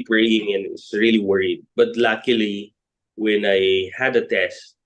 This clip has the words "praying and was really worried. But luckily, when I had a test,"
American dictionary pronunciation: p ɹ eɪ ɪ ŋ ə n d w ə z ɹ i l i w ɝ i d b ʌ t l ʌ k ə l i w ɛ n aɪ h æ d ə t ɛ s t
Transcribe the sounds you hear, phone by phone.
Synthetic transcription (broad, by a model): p ɹ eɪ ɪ ŋ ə n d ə s ɹ i l i w ɝ i d b ʌ t l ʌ k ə l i w ɛ n aɪ h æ d ə t ɛ s t